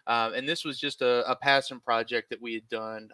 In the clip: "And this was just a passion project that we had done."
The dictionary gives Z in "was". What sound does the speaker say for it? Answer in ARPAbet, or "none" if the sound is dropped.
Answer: Z